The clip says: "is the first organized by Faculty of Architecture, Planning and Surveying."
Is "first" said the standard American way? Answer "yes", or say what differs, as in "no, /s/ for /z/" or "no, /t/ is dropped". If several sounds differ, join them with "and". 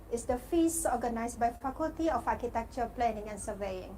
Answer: no, /t/ is dropped